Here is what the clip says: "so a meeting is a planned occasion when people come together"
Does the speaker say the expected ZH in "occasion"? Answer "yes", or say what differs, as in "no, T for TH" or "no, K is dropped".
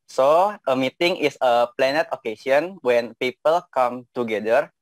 no, S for ZH